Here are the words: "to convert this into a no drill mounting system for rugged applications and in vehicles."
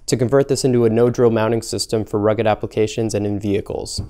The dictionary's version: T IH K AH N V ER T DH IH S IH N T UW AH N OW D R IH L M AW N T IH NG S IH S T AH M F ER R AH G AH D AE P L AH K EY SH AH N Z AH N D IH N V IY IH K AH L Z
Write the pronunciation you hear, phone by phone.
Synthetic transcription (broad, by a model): T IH K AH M V ER T DH IH S IH N T UW AH N OW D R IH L M AW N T IH NG S IH S T AH M F ER R AH G AH D AE P L AH K EY SH AH N Z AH N IH N V IY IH K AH L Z